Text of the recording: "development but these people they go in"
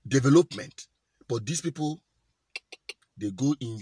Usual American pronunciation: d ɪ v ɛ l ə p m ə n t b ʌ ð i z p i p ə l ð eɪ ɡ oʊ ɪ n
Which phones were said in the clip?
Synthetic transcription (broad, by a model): d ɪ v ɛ l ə p m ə n t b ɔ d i s p i p ə l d eɪ ɡ oʊ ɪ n